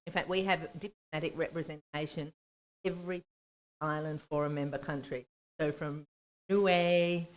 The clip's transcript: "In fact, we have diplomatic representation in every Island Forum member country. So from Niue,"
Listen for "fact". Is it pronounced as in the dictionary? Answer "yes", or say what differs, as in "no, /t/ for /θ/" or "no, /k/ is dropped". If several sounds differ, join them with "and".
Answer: yes